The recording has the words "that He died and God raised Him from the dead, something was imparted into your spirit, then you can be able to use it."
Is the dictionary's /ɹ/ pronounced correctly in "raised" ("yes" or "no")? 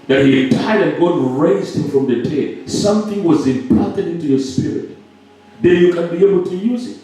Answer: yes